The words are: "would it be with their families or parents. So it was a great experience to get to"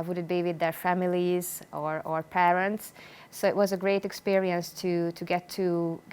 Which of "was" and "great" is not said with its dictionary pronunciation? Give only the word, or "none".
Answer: none